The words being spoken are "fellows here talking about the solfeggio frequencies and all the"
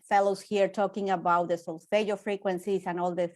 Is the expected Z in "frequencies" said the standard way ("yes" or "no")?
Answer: no